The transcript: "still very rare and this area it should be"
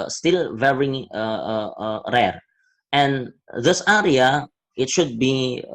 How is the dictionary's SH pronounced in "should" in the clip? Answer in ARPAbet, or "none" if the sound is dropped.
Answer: SH